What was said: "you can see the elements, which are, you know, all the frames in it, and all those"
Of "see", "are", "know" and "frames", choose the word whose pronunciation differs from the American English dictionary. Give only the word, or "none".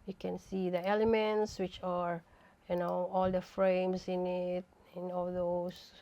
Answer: frames